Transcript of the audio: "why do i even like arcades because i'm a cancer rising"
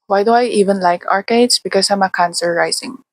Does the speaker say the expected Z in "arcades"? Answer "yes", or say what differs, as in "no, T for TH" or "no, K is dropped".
no, S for Z